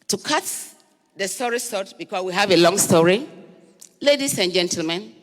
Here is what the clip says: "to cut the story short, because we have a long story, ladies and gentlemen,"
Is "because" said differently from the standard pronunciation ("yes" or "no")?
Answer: yes